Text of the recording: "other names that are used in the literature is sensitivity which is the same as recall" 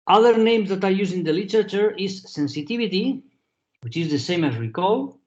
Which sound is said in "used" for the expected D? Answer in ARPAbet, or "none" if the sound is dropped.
none